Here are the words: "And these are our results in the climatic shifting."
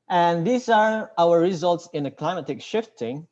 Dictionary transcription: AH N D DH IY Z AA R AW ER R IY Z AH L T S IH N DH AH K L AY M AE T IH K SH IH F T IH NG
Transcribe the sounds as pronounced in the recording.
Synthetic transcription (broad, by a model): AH N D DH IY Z AA R AW ER R IY Z AH L T S IH N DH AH K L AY M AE T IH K SH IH F T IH NG